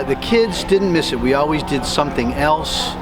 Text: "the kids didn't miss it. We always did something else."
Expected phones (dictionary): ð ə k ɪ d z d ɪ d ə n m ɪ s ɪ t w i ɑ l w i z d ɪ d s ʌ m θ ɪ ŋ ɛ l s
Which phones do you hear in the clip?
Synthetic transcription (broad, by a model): ð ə k ɪ d z d ɪ d n m ɪ s ɪ t w i ɑ l w i z d ɪ d s ʌ m θ ɪ ŋ ɛ l s